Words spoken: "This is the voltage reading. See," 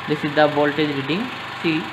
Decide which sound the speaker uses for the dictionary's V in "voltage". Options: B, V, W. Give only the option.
B